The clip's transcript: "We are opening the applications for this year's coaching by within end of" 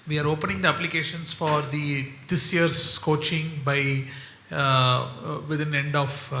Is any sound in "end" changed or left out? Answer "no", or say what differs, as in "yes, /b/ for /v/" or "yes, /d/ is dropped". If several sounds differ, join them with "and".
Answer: no